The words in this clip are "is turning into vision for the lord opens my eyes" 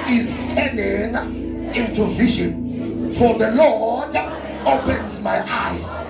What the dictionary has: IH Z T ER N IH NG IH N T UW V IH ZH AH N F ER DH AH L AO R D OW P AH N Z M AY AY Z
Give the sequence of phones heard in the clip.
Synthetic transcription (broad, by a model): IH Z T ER N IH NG IH N T UW V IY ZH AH N F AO DH AH L AO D OW P AH N Z M AY AY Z